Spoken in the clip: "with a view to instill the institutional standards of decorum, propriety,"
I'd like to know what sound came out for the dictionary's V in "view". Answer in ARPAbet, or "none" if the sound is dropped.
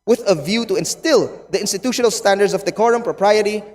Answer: V